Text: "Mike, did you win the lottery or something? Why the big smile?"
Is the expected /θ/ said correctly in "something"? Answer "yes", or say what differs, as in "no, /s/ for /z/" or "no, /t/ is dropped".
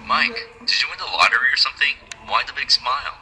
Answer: yes